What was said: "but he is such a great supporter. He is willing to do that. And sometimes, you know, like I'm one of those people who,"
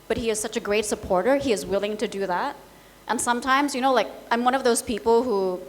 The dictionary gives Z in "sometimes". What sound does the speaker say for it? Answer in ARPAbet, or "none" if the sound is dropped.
Z